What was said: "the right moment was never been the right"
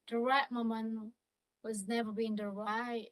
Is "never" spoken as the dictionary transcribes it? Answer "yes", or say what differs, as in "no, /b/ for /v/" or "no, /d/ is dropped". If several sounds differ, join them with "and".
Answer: yes